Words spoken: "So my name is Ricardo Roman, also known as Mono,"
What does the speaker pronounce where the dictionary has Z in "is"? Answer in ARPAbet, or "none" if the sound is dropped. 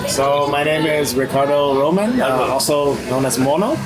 Z